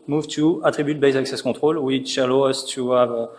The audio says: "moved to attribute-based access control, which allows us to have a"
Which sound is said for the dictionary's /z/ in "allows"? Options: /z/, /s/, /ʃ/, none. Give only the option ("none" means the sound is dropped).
none